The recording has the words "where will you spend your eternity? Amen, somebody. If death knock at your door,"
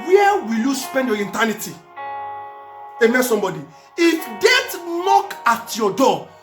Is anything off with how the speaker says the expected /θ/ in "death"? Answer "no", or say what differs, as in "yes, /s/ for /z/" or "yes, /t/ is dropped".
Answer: yes, /t/ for /θ/